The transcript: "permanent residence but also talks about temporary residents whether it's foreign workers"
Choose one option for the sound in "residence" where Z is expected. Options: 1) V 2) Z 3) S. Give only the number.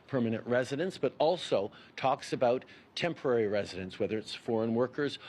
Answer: 2